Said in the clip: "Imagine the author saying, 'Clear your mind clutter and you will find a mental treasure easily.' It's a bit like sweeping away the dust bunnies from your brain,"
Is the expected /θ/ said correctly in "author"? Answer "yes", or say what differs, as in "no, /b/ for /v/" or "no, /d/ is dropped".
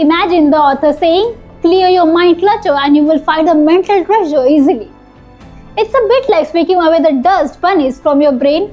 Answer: no, /t/ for /θ/